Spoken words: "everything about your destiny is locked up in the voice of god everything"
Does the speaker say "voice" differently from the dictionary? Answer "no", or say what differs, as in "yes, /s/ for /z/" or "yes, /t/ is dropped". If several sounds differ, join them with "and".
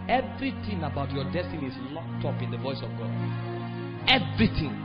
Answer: no